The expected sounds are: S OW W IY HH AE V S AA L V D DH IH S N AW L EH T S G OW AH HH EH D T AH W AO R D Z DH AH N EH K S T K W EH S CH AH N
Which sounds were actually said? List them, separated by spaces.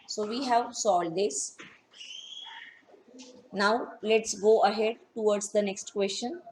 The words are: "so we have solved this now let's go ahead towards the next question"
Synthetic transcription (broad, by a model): S OW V IY HH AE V S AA L D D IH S N AW L EH T S G OW AH HH EH D T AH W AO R D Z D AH N EH K S T K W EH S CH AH N